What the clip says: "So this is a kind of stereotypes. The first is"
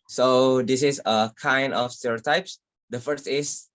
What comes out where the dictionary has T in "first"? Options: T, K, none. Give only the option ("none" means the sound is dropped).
T